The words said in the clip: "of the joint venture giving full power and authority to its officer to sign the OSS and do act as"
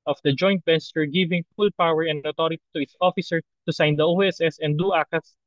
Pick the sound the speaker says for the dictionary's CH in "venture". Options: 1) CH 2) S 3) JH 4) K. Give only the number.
2